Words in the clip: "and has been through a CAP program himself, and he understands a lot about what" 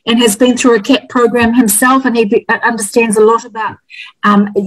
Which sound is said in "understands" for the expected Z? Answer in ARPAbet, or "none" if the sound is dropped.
Z